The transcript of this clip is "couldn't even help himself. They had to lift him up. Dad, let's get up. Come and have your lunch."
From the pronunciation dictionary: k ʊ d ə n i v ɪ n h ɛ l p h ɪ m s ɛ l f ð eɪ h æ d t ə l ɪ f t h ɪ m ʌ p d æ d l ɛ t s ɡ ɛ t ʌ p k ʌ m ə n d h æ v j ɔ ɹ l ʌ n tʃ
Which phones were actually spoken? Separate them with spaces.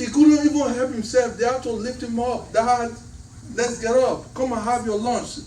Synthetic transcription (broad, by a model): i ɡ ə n i v ɪ n h ɛ l p h ɪ m s ɛ l f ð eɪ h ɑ t ə l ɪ f t h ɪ m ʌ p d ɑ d l ɛ t s ɡ ɛ t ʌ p k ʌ m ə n h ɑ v j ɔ l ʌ n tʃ